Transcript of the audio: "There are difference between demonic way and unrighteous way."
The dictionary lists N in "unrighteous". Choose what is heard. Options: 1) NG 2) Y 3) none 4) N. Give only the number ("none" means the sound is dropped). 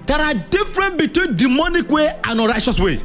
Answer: 3